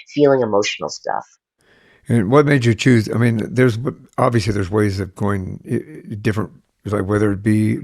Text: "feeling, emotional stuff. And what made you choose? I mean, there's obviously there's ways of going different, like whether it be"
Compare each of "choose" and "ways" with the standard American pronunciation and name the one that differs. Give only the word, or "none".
none